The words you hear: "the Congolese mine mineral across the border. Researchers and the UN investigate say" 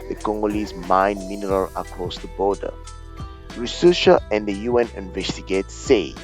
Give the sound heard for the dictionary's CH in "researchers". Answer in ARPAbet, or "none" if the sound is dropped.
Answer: SH